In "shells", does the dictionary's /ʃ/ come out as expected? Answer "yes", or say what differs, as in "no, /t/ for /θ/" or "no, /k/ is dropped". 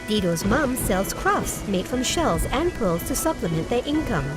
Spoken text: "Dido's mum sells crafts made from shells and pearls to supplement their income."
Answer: yes